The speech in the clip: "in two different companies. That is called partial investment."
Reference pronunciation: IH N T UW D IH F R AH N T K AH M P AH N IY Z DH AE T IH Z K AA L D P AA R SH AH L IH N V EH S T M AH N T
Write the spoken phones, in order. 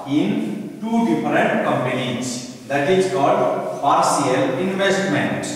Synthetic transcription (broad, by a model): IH N T UW D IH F R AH N T K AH M P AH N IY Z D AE T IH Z K AA L D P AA R S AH L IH N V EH S T M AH N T